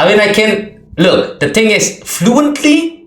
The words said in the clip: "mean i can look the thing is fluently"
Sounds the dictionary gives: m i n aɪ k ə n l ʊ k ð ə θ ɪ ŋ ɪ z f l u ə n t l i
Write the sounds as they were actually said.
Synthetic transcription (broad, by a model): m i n aɪ k ə n l ʊ k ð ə t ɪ ŋ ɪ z f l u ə n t l i